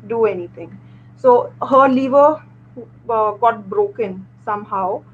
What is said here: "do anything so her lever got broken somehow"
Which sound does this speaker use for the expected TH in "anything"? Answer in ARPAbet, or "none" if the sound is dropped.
T